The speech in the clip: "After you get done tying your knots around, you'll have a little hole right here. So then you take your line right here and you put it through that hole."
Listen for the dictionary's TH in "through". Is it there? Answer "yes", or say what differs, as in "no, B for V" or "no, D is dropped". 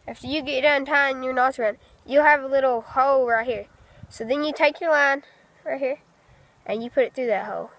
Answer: yes